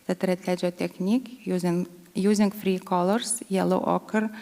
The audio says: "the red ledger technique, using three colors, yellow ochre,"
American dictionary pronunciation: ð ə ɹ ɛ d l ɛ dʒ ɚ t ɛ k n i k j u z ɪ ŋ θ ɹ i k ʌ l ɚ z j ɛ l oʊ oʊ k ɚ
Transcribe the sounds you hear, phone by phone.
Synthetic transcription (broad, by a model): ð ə ɹ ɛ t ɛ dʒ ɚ t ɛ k n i k j u z ɪ ŋ f ɹ i k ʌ l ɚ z j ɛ l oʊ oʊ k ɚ